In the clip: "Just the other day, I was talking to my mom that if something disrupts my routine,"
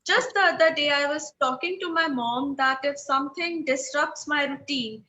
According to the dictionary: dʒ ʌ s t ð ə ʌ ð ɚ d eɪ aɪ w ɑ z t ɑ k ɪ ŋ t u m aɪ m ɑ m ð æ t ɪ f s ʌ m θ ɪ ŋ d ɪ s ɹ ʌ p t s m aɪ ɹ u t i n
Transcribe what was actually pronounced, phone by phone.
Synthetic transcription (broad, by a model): dʒ ʌ s t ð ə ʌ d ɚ d eɪ aɪ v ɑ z t ɑ k ɪ ŋ t u m aɪ m ɑ m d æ t ɪ f s ʌ m t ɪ ŋ d ɪ s ɹ ʌ p t s m aɪ ɹ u t i n